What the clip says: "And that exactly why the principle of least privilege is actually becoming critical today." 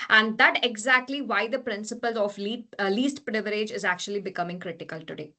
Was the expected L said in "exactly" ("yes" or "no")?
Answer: yes